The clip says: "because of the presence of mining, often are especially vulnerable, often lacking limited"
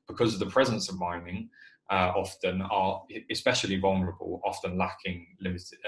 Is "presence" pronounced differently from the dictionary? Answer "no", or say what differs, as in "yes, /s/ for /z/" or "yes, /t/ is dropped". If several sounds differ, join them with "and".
no